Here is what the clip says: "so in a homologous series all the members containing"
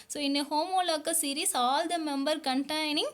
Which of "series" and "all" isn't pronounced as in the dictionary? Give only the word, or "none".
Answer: series